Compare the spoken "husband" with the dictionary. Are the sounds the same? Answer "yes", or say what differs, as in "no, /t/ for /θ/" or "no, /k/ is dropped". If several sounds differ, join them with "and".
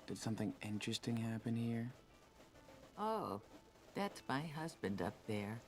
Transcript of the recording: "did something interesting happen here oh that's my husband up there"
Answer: yes